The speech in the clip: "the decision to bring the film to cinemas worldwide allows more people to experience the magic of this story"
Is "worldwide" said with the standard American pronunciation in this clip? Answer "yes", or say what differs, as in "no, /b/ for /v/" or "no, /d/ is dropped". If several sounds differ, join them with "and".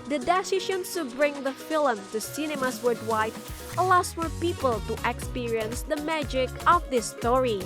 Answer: no, /l/ is dropped